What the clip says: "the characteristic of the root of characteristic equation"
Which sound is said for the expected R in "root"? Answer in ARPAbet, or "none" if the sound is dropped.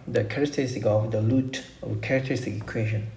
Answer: L